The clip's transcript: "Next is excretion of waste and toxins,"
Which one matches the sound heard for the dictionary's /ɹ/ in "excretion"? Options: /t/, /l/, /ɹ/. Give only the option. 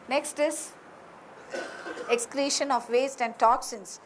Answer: /l/